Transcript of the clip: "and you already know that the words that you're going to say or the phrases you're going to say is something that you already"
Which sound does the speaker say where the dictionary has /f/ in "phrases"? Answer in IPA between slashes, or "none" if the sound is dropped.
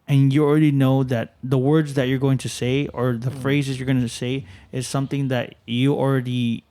/f/